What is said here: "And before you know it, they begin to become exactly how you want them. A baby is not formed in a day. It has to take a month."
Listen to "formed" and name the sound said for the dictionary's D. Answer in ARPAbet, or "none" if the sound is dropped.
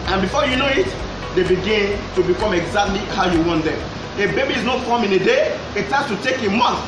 none